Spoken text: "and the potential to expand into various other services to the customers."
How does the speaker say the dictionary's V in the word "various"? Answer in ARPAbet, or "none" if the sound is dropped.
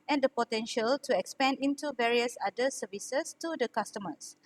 V